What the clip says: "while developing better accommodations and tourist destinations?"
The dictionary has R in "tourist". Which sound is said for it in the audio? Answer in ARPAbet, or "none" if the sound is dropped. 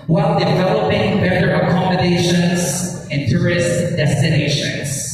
R